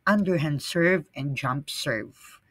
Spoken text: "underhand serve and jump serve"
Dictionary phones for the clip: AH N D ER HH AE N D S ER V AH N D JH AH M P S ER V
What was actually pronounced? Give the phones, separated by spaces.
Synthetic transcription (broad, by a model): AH N D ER HH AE N D S ER V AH N JH AH M P S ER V